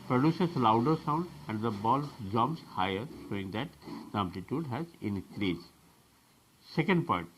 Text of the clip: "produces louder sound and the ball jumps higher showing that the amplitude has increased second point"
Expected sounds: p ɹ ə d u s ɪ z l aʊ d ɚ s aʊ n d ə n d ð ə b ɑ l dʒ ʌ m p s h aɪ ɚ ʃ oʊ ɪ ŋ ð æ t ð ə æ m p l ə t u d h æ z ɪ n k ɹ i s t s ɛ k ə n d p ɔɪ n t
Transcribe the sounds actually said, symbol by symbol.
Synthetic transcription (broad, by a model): p ɹ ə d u s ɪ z l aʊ d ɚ s aʊ n d ə n d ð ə b ɑ l dʒ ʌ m s h aɪ ɚ ʃ oʊ ɪ ŋ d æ t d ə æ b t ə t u d h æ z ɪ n k ɹ i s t s ɛ k ə n d p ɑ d t